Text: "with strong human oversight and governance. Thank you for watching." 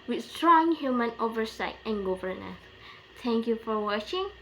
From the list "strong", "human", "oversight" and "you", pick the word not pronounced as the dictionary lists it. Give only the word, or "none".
none